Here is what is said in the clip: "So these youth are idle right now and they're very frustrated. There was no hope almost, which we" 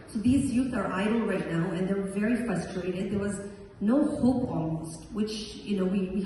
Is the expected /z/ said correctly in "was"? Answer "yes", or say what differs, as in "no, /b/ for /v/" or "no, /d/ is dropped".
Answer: yes